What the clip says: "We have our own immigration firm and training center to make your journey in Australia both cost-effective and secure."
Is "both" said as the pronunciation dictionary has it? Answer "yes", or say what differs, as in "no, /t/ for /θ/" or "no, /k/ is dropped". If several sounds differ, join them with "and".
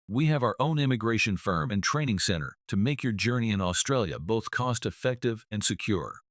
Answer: yes